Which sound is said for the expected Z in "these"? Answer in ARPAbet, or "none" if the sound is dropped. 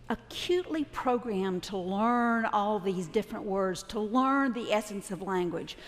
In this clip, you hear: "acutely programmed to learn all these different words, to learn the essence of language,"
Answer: Z